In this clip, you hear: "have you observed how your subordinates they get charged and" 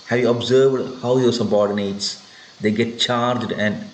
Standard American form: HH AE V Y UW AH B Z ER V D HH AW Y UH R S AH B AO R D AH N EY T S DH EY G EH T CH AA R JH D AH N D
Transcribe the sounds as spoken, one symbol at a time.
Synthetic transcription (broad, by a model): HH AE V Y UW AH B Z ER V D HH AW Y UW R S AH B AO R D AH N EY T S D EY G EH T CH AA R JH D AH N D